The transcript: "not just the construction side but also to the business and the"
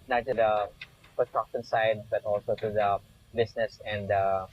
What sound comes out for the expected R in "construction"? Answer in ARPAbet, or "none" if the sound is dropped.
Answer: none